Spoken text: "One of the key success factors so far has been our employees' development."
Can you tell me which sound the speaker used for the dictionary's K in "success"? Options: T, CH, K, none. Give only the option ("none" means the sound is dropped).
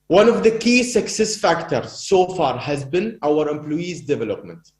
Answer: K